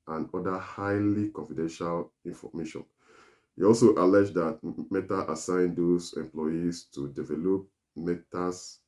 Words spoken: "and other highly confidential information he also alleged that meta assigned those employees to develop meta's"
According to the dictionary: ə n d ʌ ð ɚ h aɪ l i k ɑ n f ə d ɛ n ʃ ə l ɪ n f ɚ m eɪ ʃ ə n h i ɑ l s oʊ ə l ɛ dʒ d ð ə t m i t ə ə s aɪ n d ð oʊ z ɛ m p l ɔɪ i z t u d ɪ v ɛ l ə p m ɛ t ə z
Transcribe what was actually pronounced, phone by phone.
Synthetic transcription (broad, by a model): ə n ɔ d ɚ h aɪ l i k ɑ n f ə d ɛ n ʃ ə l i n f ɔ m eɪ ʃ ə n h i ɑ l s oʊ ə l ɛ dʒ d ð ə t m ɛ t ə ə s aɪ n d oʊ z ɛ m p l ɔɪ i s t u d ɪ v ɛ l ə p m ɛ t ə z